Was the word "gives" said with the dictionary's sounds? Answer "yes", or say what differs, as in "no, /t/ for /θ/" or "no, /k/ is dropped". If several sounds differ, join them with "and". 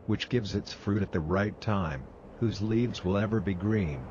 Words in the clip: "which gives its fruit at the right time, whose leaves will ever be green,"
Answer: yes